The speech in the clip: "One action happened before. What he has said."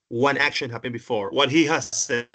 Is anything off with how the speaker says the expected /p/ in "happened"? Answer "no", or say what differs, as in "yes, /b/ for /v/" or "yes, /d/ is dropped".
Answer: yes, /b/ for /p/